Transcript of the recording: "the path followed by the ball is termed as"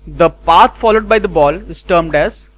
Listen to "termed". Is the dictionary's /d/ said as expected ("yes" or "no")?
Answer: yes